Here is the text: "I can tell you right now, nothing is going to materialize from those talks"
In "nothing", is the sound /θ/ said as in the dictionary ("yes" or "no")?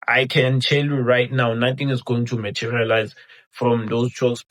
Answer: no